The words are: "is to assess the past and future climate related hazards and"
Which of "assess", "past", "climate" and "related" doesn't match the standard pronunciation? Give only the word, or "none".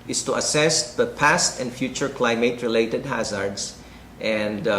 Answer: none